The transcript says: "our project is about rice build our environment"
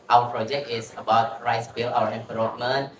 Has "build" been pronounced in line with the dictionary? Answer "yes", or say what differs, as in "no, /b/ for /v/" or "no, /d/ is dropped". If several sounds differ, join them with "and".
no, /d/ is dropped